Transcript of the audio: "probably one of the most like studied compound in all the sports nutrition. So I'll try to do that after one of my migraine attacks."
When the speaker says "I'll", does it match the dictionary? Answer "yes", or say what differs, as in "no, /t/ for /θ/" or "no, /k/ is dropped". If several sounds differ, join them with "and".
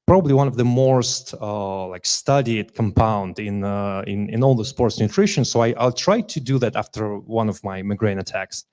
yes